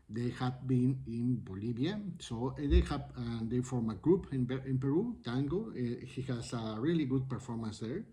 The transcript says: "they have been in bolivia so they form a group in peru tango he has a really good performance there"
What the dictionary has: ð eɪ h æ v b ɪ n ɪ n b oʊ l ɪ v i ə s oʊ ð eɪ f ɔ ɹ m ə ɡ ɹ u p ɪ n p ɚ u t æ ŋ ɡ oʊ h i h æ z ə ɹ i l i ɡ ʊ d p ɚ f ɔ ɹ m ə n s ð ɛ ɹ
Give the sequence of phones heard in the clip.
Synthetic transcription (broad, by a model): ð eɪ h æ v b ɪ n ɪ n b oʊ l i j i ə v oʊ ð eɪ f ɔ ɹ m ə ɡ ɹ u p ɪ n p ɚ u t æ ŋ ɡ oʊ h i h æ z ə ɹ i l i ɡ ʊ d p ɚ f ɔ ɹ m ə n s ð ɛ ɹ